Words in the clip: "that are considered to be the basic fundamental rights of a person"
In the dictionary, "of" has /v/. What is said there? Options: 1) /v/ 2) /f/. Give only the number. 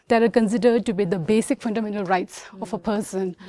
2